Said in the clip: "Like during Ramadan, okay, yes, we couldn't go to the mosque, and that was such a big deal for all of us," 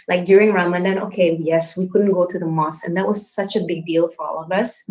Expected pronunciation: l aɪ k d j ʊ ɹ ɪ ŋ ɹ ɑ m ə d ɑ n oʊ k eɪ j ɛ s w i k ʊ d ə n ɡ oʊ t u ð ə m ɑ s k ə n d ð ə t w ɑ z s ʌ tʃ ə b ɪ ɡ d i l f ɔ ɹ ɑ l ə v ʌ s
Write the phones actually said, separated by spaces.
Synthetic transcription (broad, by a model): l aɪ k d j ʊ ɹ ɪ ŋ ɹ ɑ m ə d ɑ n oʊ k eɪ j ɛ s w i k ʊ d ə n ɡ oʊ t u ð ə m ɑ s ə n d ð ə t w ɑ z s ʌ tʃ ə b ɪ ɡ d i l f ɔ ɹ ɑ l ə v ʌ s